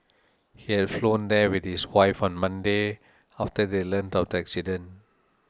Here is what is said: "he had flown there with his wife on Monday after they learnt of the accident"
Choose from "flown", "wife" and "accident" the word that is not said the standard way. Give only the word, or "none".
accident